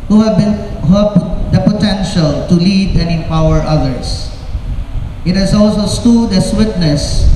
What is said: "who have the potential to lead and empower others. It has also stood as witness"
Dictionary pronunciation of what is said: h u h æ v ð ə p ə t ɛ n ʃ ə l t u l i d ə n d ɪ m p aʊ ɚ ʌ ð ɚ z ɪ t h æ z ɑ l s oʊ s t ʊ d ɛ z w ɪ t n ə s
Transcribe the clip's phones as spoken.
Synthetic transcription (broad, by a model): h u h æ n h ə p ə t ɛ n ʃ ə l t u l i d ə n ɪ p aʊ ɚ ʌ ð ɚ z ɪ t h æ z ɑ l s oʊ s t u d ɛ s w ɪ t n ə s